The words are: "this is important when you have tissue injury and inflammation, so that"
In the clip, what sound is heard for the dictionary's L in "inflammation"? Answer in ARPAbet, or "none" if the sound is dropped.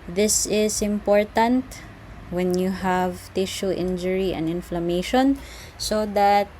L